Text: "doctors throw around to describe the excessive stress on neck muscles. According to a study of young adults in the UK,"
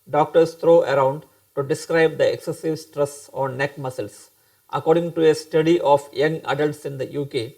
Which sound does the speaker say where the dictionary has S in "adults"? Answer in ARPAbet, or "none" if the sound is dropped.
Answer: S